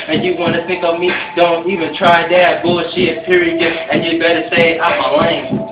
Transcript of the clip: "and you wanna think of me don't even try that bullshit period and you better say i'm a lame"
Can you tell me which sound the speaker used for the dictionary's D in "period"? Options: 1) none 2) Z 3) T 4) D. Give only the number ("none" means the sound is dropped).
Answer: 1